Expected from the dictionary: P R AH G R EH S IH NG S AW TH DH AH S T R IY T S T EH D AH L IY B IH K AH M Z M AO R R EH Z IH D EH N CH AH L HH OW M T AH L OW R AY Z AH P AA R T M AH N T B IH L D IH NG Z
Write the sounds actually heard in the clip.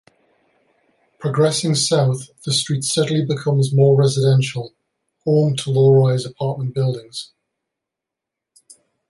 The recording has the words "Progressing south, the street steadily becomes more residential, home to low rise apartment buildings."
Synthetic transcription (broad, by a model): P R AH G R EH S IH NG S AW TH DH AH S T R IY T S T EH D AH L IY B IH K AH M Z M AO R R EH Z IH D EH N SH AH L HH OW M T AH L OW R AY Z AH P AA T M AH N B IH L D IH NG Z